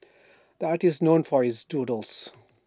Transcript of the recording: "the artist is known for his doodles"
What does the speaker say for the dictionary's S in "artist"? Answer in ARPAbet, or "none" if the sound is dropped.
none